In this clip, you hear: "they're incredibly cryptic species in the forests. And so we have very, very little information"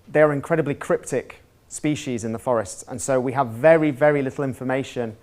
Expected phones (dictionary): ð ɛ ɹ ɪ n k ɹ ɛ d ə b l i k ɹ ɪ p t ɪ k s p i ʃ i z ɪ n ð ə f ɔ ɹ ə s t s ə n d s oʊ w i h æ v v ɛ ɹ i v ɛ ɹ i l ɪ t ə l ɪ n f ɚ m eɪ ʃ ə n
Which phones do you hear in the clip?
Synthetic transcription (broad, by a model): ð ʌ ɹ ɪ n k ɹ ɛ d ə b l i k ɹ ɪ p t ɪ k s p i ʃ i z ɪ n ð ə f ɔ ɹ ə s t s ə n s oʊ w i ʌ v v ɛ ɹ i v ɛ ɹ i l ɪ t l ɪ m f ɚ m eɪ ʃ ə n